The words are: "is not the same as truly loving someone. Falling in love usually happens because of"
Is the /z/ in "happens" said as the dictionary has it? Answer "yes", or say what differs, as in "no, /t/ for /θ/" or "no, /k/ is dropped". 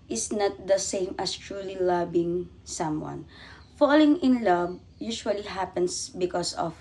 no, /s/ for /z/